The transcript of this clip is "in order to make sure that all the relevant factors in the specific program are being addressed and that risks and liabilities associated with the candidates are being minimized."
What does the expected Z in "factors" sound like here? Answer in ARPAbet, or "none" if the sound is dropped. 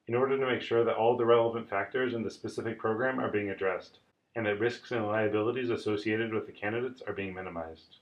Z